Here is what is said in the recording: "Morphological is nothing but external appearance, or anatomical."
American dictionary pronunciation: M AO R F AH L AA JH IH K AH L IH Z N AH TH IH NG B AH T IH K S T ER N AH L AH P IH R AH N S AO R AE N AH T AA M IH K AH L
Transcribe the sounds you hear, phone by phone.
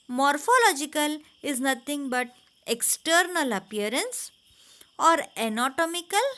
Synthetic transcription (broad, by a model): M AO R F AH L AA JH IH K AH L IH Z N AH T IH NG B AH T IH K S T ER N AH L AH P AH R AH N S AO R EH N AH T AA M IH K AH L